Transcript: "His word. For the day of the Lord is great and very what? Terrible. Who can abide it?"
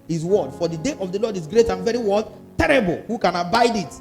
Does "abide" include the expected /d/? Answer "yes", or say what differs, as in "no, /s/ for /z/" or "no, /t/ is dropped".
yes